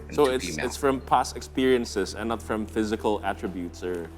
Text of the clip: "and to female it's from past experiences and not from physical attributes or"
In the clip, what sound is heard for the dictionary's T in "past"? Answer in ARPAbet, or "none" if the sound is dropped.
none